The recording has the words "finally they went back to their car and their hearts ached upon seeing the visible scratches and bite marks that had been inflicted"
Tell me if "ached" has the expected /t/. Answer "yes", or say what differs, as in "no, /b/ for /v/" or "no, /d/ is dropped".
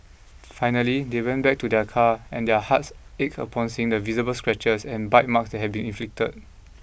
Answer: no, /t/ is dropped